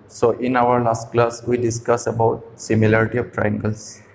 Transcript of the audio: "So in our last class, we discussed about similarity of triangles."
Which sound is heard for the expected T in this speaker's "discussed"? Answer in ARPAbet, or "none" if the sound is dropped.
none